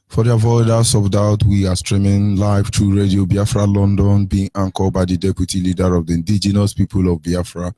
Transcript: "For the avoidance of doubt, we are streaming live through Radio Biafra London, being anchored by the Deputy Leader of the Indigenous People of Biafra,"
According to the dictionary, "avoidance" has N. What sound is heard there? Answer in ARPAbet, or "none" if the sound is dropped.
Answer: none